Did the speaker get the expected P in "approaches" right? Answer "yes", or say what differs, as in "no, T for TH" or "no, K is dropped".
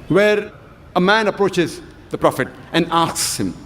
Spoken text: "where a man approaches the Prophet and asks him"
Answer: yes